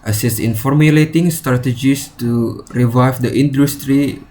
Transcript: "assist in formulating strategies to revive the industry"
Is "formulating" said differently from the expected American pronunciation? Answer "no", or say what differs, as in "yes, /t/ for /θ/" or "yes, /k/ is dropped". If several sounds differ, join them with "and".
no